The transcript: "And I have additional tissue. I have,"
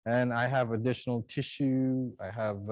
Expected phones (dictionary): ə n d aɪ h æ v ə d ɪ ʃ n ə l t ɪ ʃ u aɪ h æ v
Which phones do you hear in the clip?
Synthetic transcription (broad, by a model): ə n aɪ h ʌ v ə d ɪ ʃ n l t ɪ ʃ u aɪ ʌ v